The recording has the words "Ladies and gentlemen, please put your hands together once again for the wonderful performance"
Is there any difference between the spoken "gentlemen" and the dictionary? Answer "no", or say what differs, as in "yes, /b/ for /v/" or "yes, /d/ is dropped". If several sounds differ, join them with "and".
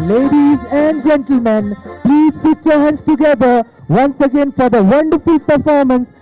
no